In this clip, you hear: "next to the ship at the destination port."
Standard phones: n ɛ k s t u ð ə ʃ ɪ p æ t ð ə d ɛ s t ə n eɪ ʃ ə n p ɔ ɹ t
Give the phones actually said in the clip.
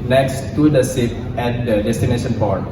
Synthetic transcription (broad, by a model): n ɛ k s t u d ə s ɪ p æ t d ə d ɛ s t ə n eɪ ʃ ə n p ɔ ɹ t